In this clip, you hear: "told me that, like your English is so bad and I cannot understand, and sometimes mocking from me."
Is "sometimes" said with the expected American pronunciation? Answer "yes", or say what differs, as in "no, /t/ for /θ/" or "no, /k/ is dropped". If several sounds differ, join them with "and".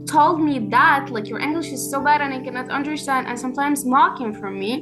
yes